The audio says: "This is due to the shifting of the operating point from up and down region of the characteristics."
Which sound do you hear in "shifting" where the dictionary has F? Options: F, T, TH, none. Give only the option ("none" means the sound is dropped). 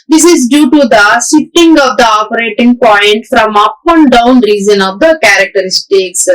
none